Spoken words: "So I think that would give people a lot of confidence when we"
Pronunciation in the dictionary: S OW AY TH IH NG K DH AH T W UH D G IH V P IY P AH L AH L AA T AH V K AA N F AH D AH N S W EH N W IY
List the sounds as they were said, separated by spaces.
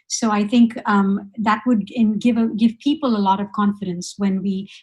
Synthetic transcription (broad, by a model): S OW AY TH IH NG K DH AH T W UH D G IH V P IY P AH L AH L AA T AH V K AA N F AH D AH N S W EH N W IY